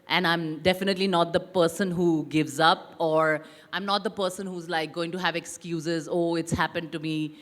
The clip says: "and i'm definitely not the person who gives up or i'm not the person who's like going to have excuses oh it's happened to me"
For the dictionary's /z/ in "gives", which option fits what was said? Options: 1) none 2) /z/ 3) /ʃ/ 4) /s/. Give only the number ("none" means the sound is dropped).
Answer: 2